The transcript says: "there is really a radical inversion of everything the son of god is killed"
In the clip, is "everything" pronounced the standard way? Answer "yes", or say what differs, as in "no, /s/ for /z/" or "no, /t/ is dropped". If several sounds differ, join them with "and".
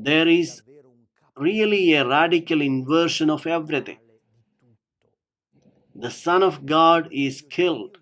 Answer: no, /t/ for /θ/